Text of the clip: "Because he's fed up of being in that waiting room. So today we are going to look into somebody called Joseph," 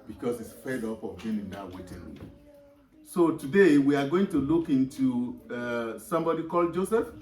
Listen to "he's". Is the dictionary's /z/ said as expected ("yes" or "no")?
no